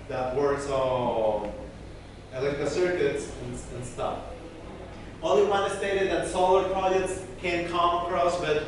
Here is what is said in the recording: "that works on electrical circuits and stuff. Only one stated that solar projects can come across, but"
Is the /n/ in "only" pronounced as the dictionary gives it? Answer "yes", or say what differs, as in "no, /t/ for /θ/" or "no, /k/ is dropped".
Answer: no, /n/ is dropped